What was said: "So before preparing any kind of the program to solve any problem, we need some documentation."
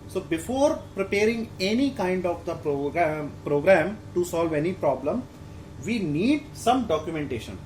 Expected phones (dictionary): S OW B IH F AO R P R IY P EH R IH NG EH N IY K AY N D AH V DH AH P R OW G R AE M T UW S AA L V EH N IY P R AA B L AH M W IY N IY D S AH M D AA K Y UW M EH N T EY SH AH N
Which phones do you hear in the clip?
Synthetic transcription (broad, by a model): S OW B IH F AO R P R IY P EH R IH NG EH N IY K AY N D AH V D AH P R OW G R AE M T UW S AA L V EH N IY P R AA B L AH M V IY N IY D S AH M D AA K Y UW M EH N T EY SH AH N